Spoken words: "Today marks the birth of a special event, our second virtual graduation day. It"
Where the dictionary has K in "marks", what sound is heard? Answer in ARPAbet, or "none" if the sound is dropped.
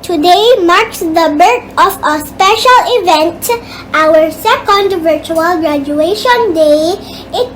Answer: K